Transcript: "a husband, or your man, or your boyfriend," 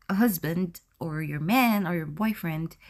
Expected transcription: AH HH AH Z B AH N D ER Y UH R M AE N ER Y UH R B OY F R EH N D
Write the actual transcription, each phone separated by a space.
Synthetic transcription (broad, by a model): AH HH AH Z B AH N D ER Y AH R M AE N ER Y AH R B OY F R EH N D